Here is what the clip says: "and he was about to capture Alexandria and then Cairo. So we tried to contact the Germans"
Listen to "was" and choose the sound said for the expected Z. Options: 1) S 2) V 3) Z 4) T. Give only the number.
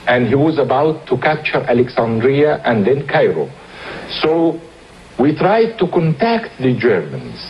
3